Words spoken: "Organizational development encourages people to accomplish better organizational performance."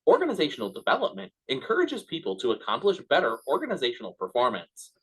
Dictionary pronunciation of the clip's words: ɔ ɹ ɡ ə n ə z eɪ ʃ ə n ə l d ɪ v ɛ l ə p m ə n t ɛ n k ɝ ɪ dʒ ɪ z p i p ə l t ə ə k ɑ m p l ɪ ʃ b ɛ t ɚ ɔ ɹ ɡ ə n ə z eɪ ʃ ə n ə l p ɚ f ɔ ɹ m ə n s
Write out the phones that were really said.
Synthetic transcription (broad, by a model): ɔ ɹ ɡ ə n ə z eɪ ʃ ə n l d ɪ v ɛ l ə p m ə n t ɛ n k ɝ ɪ dʒ ɪ z p i p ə l t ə ə k ɑ m p l ɪ ʃ b ɛ t ɚ ɔ ɹ ɡ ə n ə z eɪ ʃ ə n l p ɚ f ɔ ɹ m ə n s